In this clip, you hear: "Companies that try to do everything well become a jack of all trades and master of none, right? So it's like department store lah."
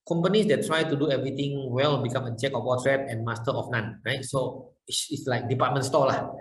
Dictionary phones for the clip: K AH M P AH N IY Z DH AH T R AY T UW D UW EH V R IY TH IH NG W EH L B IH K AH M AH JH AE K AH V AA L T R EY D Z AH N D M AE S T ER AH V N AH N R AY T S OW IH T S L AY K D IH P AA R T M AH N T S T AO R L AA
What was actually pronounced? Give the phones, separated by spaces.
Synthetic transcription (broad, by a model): K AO M P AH N IY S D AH T R AY T UW D UW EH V R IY T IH NG W EH L B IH K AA M AH CH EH K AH W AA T R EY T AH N M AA S T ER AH F N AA N R AY T S OW IH T S L AY K D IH P AA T M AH N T S T AO L AA